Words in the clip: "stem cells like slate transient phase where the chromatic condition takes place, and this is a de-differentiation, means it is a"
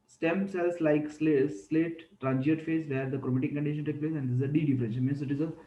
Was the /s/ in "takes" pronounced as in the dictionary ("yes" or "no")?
no